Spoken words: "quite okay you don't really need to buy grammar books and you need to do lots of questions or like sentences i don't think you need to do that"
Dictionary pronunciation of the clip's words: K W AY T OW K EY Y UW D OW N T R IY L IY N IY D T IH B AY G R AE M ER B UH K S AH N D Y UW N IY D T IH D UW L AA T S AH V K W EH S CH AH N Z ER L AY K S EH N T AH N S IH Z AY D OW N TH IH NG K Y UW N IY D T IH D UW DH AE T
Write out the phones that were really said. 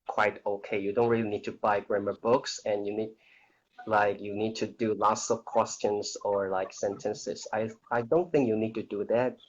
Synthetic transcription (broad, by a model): K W AY T OW K EY Y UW D OW N T R IY L IY N IY D T IH B AY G R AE M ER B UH K S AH N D Y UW N IY D T IH D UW L AA T S AH V K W EH S CH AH N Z ER L AY K S EH N T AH N S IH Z AY D OW N TH IH NG K Y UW N IY D T IH D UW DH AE T